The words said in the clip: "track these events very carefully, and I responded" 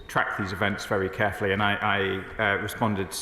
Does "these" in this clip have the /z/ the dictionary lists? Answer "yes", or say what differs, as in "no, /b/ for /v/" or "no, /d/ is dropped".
yes